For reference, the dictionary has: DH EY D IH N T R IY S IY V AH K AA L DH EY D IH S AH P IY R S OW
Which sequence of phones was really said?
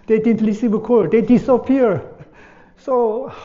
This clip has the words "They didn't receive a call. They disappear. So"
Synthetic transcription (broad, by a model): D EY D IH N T L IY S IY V AH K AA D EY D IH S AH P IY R S OW